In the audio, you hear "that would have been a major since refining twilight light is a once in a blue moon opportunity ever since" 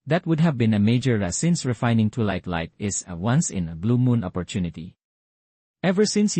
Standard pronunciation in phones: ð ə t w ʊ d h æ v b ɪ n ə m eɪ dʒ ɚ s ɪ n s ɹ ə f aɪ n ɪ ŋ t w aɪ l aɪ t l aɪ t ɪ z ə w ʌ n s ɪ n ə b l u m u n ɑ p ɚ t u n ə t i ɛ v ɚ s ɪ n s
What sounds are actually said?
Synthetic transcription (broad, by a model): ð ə t w ʊ d h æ v b ɪ n ə m eɪ dʒ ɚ s ɪ n s ɹ ə f aɪ n ɪ ŋ t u l aɪ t l aɪ t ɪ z ə w ʌ n s ɪ n ə b l u m u n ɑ p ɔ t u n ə t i ɛ v ɚ s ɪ n s